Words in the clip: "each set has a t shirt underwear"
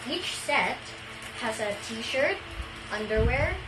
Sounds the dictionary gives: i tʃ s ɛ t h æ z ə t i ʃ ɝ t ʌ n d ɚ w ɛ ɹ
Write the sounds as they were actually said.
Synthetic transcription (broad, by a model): i tʃ s ɛ t h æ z ə t i ʃ ɝ t ʌ n d ɚ w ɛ ɹ